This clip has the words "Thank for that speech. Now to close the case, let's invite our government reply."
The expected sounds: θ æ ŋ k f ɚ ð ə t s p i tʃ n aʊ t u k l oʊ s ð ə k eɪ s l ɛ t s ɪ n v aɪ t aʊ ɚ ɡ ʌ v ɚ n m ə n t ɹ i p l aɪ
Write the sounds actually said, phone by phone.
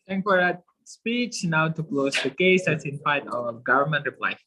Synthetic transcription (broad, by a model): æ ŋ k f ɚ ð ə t s p i tʃ n aʊ t u k l oʊ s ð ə k eɪ s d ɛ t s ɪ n f aɪ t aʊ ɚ ɡ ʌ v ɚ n m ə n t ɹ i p l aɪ